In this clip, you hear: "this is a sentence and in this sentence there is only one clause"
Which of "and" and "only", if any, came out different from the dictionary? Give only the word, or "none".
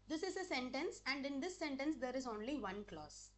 none